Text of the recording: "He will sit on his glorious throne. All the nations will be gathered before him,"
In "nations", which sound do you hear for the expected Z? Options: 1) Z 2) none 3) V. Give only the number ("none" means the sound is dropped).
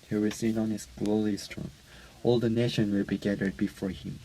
2